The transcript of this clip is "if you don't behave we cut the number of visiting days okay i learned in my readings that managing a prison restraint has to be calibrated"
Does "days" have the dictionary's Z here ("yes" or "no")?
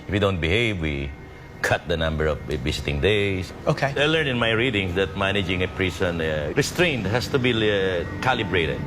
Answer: no